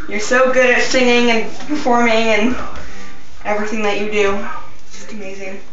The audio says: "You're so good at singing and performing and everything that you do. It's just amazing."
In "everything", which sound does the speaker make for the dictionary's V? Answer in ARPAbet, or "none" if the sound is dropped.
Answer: V